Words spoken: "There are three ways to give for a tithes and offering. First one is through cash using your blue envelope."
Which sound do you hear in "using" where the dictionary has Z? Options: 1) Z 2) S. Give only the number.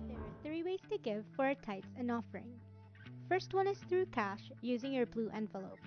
1